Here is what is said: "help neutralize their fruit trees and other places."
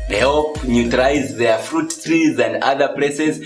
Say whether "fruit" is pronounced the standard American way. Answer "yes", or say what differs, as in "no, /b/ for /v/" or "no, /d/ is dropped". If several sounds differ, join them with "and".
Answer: yes